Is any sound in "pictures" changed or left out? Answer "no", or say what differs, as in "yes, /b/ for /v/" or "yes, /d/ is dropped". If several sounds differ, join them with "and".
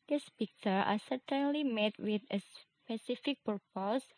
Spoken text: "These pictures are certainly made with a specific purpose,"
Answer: yes, /z/ is dropped